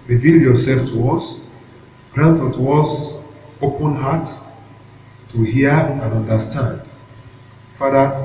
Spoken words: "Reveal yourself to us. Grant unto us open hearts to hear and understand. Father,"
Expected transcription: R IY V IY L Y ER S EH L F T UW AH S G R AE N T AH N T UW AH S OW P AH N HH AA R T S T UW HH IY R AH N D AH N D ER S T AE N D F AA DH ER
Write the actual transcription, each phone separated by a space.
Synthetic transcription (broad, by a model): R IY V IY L Y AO S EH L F T UW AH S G R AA N T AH T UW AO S OW P AH N HH AA T T UW HH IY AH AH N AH N D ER S T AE N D F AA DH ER